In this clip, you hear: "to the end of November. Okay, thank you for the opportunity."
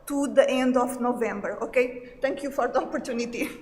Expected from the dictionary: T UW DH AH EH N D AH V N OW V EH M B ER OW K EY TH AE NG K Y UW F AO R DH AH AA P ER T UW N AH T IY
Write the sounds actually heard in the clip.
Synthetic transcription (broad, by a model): T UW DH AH EH N D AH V N OW V EH M B ER OW K EY T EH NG K Y UW F AO R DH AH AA P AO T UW N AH T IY